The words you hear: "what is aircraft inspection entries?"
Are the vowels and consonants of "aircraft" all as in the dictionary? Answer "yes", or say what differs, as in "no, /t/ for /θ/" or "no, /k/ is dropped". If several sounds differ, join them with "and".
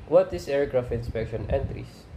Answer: no, /t/ is dropped